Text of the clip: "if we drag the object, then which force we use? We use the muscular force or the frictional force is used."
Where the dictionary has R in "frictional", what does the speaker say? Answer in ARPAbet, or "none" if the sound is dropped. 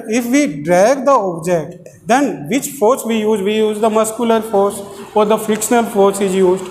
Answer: none